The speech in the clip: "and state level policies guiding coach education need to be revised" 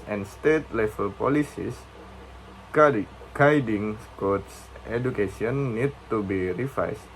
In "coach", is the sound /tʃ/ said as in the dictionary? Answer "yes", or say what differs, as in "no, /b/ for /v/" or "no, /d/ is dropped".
no, /s/ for /tʃ/